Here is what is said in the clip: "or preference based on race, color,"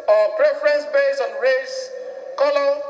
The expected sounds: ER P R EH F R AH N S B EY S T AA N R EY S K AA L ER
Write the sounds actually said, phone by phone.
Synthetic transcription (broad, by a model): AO P R EH F R AH N S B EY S AA N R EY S K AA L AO